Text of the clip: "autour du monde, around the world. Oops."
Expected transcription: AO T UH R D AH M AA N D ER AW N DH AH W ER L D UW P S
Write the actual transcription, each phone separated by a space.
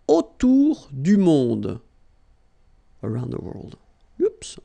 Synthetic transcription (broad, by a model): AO T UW R D AH M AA D ER AW N DH AH W ER L D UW P S